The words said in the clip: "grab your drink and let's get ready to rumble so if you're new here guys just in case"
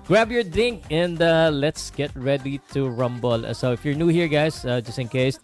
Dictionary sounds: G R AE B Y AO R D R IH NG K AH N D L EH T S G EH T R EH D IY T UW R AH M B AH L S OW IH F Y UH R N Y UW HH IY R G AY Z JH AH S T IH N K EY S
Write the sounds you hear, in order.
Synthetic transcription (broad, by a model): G R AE B Y AO R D IH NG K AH N D L EH T S G EH T R EH D IY T UW R AH M B AH L S OW IH F Y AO R N Y UW HH IY R G AY S JH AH S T IH N K EY S